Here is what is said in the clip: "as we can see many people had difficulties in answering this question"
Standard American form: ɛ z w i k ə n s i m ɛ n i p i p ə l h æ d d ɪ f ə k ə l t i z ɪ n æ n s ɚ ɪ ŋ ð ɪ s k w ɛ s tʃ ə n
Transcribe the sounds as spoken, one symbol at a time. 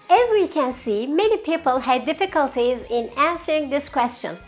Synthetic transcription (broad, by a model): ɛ z w i k ə n s i m ɛ n i p i p ə l h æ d d ɪ f ə k ə l t i z ɪ n æ n s ɚ ɪ ŋ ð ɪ s k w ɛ s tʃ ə n